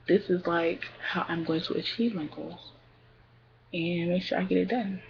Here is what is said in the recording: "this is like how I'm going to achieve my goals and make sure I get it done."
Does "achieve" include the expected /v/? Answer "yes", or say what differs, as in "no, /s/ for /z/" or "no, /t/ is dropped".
yes